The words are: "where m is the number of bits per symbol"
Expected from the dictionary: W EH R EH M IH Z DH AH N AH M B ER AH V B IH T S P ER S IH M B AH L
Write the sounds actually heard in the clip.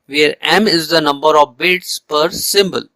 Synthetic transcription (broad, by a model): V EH R EH M IH Z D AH N AH M B ER AH V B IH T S P ER S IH M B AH L